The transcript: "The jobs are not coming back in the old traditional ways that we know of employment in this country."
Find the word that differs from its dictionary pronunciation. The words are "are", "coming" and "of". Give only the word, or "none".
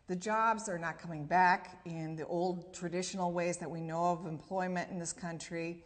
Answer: none